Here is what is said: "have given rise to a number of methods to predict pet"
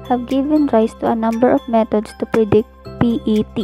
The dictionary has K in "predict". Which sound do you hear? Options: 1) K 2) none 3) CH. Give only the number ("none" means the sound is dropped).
1